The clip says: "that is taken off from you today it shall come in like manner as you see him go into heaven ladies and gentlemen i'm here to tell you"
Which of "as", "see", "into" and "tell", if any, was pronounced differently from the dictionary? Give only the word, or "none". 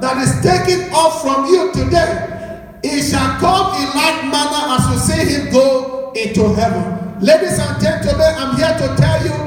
as